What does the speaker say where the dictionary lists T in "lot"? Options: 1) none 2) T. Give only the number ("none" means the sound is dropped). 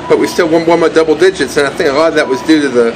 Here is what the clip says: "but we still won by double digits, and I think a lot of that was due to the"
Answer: 1